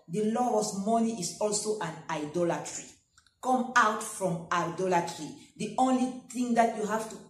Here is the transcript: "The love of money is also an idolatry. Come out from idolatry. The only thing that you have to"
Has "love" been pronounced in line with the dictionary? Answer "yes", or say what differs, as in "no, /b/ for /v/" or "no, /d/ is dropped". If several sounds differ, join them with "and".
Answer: no, /v/ is dropped